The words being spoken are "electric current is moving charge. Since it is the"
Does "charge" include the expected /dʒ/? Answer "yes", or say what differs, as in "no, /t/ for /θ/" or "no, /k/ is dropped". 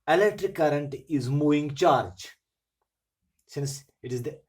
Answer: yes